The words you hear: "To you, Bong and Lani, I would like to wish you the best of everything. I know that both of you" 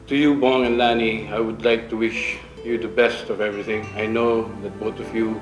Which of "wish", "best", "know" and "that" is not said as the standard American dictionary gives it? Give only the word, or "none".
none